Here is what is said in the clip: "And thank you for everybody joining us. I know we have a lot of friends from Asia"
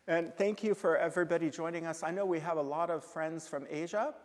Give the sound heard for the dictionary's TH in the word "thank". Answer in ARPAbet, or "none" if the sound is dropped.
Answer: TH